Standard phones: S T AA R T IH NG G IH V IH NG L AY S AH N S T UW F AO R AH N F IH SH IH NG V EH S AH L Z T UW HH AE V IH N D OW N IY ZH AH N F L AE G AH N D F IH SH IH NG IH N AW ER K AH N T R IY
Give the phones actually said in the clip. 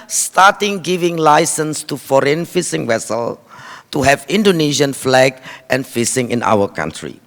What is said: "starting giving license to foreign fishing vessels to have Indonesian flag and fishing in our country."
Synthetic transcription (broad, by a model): S T AA T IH NG G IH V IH NG L AY S AH N S T UW F AO R AH N F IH S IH NG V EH S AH L T UW HH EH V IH N D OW N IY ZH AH N F L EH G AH N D F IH S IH NG IH N AW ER K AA N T R IY